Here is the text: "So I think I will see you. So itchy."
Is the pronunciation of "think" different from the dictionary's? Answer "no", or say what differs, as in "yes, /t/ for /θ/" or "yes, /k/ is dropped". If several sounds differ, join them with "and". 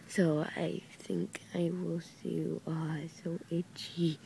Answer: no